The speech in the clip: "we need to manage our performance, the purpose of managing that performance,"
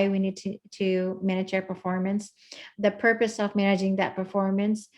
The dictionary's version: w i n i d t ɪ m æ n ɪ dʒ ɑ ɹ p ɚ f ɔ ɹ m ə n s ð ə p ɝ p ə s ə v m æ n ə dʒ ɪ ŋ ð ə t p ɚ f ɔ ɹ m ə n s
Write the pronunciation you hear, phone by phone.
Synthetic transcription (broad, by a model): w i n i d t ɪ m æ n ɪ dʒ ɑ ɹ p ɚ f ɔ ɹ m ə n s ð ə p ɝ p ə s ə v m æ n ə dʒ ɪ ŋ ð ə t p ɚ f ɔ ɹ m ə n s